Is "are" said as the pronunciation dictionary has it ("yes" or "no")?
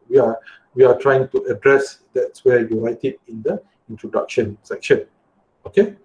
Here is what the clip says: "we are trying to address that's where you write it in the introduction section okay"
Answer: no